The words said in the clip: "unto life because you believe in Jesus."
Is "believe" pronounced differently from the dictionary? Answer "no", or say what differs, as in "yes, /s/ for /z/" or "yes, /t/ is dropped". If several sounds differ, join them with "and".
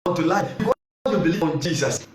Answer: yes, /v/ is dropped